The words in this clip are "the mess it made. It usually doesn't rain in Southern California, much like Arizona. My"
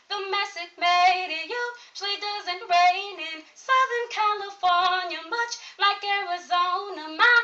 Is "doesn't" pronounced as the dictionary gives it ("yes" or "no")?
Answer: yes